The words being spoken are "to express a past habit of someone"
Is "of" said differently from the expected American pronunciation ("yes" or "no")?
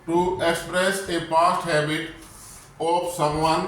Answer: yes